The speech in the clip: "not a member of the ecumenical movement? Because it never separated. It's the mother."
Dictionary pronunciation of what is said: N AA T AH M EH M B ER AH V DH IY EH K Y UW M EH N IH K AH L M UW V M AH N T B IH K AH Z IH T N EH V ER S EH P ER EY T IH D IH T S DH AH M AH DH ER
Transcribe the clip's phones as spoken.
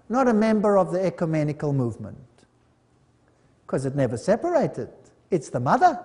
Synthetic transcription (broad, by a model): N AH T AH M EH M B ER AH V DH IY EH K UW M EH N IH K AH L M UW V M AH N T K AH Z IH T N EH V ER S EH P ER EY T IH D IH T S DH AH M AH DH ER